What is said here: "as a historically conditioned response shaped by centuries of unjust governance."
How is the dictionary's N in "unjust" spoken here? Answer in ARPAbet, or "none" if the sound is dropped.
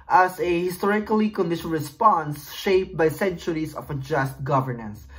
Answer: none